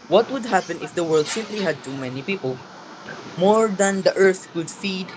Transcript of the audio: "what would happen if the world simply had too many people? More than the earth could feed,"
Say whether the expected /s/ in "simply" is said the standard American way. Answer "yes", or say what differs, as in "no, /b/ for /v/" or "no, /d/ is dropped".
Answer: yes